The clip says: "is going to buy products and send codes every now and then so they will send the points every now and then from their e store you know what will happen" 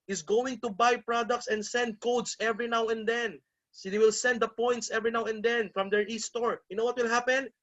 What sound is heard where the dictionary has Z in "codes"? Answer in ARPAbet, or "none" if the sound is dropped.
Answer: S